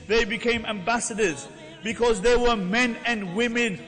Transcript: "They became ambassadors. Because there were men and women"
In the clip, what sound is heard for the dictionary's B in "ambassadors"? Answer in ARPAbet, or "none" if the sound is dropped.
B